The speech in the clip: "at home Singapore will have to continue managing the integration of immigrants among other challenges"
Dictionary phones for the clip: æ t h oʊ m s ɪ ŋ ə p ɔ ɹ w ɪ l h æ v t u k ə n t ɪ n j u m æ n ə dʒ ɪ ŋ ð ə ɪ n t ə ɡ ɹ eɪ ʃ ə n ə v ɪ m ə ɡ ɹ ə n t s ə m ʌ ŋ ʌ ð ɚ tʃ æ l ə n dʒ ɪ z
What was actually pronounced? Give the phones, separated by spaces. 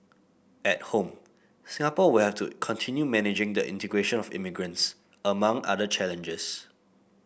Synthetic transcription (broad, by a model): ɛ t h oʊ m s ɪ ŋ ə p ɔ w ɪ l h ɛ f t u k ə n t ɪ n j u m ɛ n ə dʒ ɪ ŋ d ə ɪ n t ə ɡ ɹ eɪ ʃ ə n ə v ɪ m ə ɡ ɹ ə n t s ə m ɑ ŋ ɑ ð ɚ tʃ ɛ l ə n dʒ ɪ s